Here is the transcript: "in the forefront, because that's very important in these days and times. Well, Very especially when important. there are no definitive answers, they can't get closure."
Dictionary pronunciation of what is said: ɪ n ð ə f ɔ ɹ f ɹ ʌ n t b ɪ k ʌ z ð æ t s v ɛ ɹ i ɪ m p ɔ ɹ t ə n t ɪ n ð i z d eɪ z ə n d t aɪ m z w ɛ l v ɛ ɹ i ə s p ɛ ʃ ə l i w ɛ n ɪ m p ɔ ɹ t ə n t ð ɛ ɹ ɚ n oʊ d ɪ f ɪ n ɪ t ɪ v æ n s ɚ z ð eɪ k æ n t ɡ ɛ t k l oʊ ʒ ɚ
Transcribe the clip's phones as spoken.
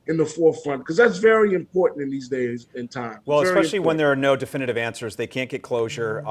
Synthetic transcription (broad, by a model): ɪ n ð ə f ɔ ɹ f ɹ ʌ n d k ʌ z ð æ t s v ɛ ɹ i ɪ m p ɔ ɹ t n t ɪ n ð i z d eɪ z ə n t aɪ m w ɛ l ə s ɛ ə l i w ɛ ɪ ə n ð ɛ ɹ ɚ n oʊ d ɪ f ɪ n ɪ t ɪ v æ n s ɚ z ð eɪ k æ n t ɡ ɛ t k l oʊ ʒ ɚ